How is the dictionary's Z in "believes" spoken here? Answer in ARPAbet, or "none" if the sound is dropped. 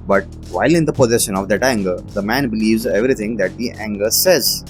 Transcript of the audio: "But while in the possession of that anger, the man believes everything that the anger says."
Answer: Z